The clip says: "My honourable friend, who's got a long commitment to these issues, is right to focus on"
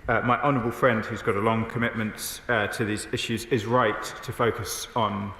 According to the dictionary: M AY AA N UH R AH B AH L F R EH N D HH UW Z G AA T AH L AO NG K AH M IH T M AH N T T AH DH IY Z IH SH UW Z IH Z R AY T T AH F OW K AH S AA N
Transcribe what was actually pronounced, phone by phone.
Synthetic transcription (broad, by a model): M AY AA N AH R AH B AH L F R EH N D HH UW Z G AA T AH L AO NG K AH M IH T M AH N T T AH DH IY Z IH SH UW Z IH Z R AY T T AH F OW K AH S N